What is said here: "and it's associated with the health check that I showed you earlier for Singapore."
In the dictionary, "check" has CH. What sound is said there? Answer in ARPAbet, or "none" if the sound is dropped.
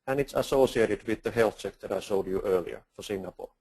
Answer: S